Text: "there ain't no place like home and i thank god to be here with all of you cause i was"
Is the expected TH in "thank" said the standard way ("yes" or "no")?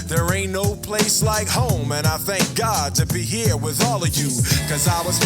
yes